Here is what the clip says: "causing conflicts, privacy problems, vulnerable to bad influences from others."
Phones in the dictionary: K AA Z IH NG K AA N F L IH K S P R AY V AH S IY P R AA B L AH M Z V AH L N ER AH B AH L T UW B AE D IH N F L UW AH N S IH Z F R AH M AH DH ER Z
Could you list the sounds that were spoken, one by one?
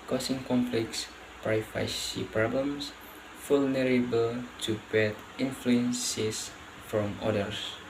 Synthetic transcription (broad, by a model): K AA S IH NG K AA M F L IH K S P R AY F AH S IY P R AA B L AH M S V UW L N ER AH B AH L T UW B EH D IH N F L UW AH N S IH S F R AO M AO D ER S